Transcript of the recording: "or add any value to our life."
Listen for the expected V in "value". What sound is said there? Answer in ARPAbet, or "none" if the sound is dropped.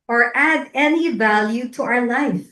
V